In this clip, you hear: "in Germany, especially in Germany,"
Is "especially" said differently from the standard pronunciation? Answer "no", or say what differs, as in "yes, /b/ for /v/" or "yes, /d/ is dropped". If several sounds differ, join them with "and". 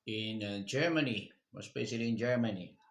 yes, /b/ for /p/ and /s/ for /ʃ/